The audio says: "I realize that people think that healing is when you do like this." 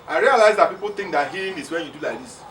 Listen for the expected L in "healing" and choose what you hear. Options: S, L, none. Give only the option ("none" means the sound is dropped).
none